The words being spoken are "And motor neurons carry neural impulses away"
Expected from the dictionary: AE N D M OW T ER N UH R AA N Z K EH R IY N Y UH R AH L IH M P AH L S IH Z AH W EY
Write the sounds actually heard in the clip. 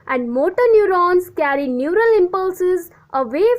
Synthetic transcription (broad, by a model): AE N D M OW T ER N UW R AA N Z K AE R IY N Y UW R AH L IH M P AH L S IH Z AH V EY